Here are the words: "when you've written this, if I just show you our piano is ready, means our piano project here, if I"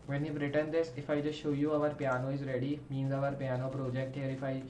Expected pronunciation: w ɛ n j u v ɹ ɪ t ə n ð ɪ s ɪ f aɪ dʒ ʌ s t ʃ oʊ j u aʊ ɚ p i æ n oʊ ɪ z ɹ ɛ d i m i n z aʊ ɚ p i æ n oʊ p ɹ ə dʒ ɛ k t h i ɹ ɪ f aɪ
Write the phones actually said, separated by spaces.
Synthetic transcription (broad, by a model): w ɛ n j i b ɹ ɪ t ə n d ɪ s ɪ f aɪ dʒ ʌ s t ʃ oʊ j u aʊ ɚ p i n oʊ ɪ z ɹ ɛ d i m i n z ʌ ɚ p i n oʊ p ɹ ə dʒ ɛ k t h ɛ ɹ ɪ f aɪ